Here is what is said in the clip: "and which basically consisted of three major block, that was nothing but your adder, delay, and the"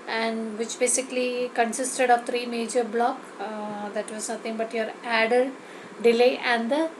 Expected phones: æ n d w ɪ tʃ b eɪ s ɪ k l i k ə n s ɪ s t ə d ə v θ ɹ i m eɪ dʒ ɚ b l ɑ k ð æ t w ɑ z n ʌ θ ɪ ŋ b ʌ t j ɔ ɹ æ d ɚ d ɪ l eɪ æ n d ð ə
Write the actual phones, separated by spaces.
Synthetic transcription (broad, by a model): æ n d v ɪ tʃ b eɪ s ɪ k l i k ə n s ɪ s t ə d ə v t ɹ i m eɪ dʒ ɚ b l ɑ k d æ t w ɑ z n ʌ t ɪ ŋ b ʌ t j ɔ ɹ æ d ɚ d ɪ l eɪ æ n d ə